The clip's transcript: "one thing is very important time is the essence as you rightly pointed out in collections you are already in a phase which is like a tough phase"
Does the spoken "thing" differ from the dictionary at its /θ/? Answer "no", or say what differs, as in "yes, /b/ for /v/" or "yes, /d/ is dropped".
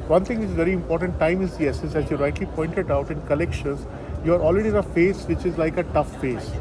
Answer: yes, /t/ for /θ/